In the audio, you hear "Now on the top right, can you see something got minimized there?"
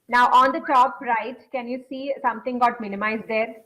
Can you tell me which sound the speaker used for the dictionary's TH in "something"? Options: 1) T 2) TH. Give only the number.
1